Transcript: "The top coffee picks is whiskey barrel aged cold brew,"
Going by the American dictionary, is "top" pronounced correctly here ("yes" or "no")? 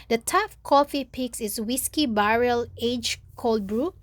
no